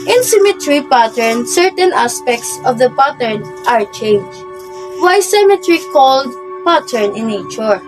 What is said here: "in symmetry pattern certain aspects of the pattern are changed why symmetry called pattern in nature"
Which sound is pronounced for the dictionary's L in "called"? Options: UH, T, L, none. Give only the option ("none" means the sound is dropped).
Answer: L